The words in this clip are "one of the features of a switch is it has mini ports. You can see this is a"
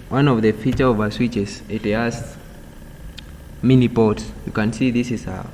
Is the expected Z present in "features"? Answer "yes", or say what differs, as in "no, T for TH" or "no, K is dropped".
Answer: no, Z is dropped